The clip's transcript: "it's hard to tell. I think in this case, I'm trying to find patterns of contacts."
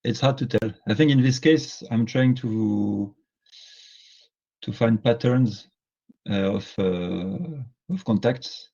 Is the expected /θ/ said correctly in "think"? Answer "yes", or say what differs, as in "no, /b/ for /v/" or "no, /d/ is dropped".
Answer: yes